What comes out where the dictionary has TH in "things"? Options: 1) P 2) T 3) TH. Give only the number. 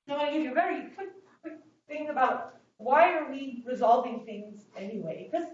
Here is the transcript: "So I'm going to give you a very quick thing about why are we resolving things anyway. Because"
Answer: 3